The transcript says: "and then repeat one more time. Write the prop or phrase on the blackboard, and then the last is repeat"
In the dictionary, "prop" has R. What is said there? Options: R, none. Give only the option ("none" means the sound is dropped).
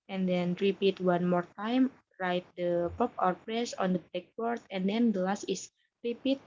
none